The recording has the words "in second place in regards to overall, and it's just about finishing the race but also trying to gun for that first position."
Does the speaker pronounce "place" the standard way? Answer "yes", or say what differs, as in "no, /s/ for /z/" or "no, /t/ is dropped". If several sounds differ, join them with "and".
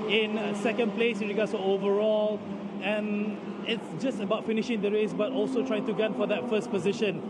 yes